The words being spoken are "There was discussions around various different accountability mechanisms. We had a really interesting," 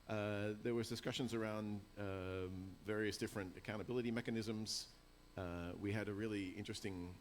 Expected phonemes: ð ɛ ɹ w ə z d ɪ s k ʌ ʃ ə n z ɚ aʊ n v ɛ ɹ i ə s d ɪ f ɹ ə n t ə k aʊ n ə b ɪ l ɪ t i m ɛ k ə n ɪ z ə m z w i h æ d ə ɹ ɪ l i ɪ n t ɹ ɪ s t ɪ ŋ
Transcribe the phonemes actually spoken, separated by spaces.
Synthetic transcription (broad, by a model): ð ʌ ɹ w ə z d ɪ s k ʌ ʃ ə n z ɚ aʊ n v ɛ ɹ i ə s d ɪ f ɹ ə n t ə k aʊ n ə b ɪ l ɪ t i m ɛ k ə n ɪ z ə m z w i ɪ d ə ɹ ɪ l i ɪ n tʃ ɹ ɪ s t ɪ ŋ